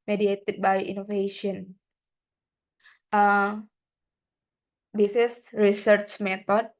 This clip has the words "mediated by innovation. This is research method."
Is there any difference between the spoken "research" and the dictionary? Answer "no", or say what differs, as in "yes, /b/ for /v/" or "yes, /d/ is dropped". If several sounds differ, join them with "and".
no